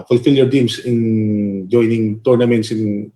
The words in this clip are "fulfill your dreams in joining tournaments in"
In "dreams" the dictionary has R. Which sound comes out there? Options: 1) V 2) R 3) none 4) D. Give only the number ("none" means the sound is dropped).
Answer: 3